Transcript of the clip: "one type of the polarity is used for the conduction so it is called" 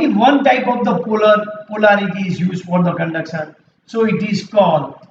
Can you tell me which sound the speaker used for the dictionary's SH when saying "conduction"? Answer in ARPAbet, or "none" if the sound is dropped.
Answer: S